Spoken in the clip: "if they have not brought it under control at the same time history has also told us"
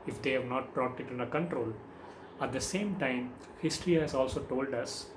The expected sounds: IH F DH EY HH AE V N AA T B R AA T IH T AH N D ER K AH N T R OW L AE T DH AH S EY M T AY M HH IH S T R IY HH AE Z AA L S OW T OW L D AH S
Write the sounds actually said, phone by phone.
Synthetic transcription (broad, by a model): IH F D EY HH AE V N AA T B R AA T IH T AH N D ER K AH N T R OW L AE T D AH S EY M T AY M HH IH S T R IY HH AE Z AA L S OW T OW L D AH S